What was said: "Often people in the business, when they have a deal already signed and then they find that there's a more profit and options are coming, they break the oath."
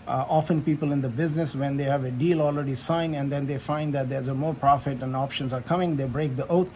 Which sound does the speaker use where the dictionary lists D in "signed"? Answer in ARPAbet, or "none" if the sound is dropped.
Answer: none